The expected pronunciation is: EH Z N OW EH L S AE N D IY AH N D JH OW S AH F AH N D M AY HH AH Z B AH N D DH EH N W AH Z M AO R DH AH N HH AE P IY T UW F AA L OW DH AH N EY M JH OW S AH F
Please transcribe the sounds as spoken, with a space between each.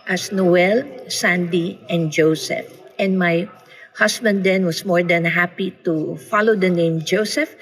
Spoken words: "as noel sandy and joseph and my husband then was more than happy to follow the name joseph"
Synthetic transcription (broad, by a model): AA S N OW EH L S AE N D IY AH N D JH OW S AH F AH N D M AY HH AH S B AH N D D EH N W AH S M AO R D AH N HH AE P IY T UW F AA L OW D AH N EY M JH OW S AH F